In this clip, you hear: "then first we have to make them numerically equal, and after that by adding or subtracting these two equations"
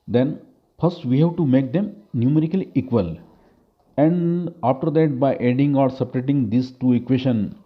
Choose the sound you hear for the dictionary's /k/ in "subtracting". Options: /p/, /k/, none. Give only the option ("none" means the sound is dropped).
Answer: none